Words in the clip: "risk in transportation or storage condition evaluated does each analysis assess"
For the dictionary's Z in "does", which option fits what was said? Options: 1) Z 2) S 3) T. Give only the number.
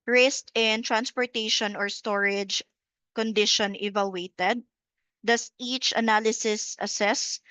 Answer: 2